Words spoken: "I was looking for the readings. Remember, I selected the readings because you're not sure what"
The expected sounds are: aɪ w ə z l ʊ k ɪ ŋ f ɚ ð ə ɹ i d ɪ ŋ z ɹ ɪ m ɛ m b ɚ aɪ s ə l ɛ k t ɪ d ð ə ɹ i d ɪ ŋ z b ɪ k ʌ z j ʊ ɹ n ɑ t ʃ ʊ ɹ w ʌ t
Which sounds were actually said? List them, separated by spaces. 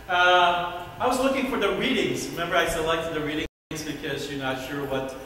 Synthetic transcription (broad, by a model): aɪ w ə z l ʊ k ɪ ŋ f ɚ ð ə ɹ i d ɪ ŋ z ɹ ɪ m ɛ m b ɚ aɪ s ə l ɛ k t ɪ d ð ə ɹ i d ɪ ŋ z b ɪ k ʌ z j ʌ ɹ n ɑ t ʃ ʊ ɹ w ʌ t